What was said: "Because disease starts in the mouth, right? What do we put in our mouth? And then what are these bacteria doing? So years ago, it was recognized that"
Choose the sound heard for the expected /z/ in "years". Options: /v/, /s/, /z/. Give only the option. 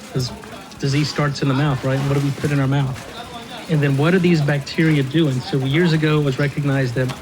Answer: /z/